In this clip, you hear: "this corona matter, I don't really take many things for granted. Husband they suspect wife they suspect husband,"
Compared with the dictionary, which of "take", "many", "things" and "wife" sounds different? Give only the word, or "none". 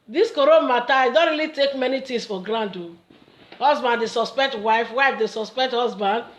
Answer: things